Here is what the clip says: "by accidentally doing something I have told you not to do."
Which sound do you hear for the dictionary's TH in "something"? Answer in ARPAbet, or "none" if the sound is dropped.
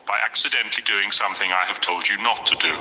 TH